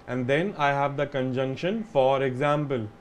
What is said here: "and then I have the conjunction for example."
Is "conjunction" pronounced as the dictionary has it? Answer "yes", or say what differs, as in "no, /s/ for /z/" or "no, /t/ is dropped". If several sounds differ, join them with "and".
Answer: yes